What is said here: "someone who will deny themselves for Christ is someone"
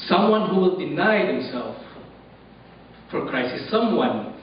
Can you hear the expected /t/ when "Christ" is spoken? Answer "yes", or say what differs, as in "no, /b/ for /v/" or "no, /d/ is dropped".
no, /t/ is dropped